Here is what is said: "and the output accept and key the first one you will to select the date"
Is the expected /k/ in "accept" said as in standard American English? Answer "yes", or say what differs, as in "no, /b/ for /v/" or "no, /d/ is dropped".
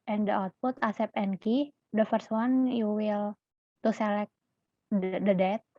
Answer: no, /k/ is dropped